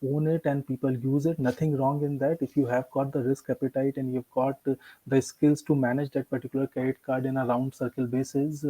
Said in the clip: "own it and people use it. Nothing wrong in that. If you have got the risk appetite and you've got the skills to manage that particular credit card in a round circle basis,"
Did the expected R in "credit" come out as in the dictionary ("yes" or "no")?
no